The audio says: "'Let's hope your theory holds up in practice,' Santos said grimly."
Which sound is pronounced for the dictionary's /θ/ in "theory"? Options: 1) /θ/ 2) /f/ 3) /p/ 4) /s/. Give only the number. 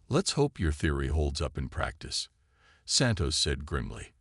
1